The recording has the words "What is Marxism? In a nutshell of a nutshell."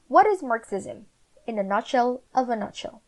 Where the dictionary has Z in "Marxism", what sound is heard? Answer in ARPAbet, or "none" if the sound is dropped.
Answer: Z